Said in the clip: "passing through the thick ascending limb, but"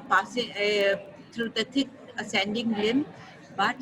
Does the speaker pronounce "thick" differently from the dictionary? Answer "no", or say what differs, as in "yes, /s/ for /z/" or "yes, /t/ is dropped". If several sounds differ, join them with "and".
yes, /t/ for /θ/